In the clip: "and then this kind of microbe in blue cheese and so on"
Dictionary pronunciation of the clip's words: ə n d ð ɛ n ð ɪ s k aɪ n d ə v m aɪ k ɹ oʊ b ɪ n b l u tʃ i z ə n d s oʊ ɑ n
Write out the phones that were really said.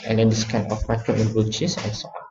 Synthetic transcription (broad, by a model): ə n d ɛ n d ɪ s k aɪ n ə f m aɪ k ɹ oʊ ɪ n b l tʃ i s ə n s oʊ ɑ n